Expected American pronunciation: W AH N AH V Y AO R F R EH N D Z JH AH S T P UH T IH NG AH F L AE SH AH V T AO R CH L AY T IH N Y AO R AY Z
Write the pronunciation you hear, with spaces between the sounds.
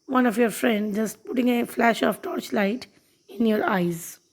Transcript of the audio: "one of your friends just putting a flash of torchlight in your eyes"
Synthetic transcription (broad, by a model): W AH N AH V Y AO R F R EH N D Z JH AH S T P UH T IH NG AH F L AE SH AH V T AO R CH L AY T IH N Y AO R AY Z